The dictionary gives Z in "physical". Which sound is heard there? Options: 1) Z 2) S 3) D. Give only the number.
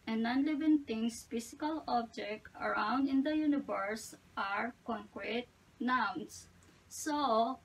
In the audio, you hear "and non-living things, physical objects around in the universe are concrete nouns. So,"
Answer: 2